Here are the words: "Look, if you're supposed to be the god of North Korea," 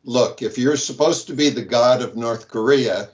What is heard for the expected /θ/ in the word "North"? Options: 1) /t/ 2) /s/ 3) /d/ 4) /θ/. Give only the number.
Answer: 4